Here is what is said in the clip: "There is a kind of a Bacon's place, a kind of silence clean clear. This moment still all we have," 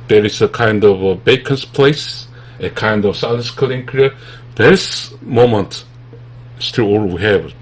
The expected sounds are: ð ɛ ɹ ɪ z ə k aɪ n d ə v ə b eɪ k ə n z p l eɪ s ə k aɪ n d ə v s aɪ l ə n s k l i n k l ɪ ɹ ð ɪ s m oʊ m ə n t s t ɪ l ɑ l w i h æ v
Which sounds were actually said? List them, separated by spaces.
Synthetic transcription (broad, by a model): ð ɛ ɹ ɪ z ə k aɪ n d ə v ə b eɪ k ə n s p l eɪ s ə k aɪ n d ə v s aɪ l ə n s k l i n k ɪ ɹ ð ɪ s m oʊ m ə n t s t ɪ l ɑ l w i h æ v